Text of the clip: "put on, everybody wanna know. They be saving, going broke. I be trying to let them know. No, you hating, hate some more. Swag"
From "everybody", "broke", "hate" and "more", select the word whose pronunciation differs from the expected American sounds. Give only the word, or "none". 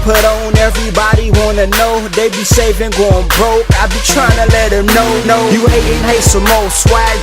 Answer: more